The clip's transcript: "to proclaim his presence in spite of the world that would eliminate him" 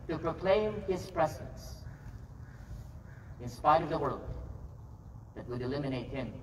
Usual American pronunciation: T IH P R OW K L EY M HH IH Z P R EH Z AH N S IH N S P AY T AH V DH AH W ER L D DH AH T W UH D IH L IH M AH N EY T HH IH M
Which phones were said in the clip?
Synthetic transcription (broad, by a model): T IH P R OW K L EY M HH IH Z P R EH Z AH N S IH N S P AY T AH V DH AH W ER L D DH AH T W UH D IH L IH M AH N EY T HH IH M